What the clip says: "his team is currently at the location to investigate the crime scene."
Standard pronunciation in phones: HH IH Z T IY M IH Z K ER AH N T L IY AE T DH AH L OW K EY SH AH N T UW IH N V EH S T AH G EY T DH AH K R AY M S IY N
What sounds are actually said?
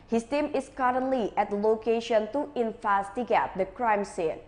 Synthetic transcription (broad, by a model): HH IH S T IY M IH S K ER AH N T L IY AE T L OW K EY SH AH N T UW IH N F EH S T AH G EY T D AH K R AY M S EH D